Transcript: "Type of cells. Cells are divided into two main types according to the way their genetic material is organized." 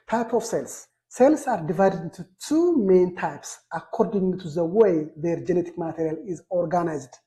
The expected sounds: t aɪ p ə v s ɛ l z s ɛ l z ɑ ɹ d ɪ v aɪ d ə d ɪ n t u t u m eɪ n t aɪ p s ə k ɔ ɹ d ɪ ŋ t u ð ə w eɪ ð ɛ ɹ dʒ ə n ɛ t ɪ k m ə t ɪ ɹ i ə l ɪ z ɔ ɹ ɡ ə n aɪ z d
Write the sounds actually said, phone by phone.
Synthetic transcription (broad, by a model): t aɪ p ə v s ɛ l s s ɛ l s ɑ ɹ d ɪ v aɪ d ə d ɪ n t u t u m eɪ n t aɪ p s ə k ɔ ɹ d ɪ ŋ t u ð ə w eɪ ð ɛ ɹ dʒ ə n ɛ t ɪ k m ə t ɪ ɹ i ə l ɪ z ɔ ɹ ɡ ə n aɪ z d